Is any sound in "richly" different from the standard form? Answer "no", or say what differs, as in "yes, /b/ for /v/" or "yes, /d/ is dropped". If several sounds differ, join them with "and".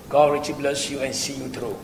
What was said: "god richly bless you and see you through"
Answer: yes, /l/ is dropped